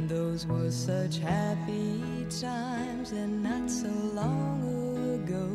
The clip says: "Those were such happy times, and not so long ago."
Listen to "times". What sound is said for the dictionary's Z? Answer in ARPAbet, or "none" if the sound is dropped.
Z